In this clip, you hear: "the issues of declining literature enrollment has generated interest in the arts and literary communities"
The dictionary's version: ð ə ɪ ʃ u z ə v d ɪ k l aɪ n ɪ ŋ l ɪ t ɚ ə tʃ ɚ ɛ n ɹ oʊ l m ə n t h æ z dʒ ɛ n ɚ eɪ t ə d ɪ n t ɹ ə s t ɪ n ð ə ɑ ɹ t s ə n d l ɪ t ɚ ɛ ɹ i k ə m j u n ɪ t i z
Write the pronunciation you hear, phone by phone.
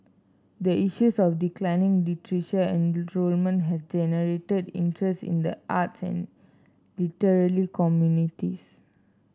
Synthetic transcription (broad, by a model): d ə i ʃ u s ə f d ɪ k l aɪ n ɪ ŋ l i t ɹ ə ʃ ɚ ɛ n ɹ oʊ l m ə n t h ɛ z dʒ ɛ n ɚ eɪ t ə d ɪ n t ɹ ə s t ɪ n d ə ɑ t s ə n l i t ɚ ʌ l i k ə m j u n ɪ t i s